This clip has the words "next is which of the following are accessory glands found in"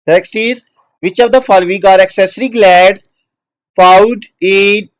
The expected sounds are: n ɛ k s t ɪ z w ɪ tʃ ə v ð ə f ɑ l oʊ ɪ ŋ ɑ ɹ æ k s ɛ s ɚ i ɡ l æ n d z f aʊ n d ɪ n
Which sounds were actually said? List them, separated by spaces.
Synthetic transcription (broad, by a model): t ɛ k s t ɪ z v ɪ tʃ ə v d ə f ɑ l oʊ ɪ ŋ ɑ ɹ æ k s ɛ s ɚ i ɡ l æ d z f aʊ n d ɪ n